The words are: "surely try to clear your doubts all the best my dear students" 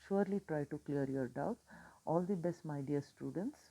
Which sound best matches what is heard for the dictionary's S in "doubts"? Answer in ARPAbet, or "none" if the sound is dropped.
none